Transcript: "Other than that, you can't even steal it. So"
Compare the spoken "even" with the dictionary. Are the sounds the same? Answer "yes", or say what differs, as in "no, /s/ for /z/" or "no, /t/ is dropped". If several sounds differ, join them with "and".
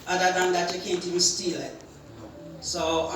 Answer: no, /b/ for /v/